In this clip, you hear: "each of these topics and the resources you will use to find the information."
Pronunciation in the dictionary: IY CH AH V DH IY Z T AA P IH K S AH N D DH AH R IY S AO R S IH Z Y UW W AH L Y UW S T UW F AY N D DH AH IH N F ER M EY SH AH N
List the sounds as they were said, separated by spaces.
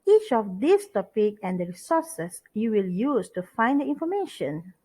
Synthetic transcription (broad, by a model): IY CH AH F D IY S T AA P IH K AH N D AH R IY S AO S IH S Y UW W AH L Y UW S T UW F AY N D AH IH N F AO M EY SH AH N